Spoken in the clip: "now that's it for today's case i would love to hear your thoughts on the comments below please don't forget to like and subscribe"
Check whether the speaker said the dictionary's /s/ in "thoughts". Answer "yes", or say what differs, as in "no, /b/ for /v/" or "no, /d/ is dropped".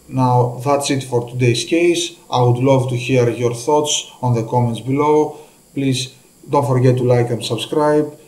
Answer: yes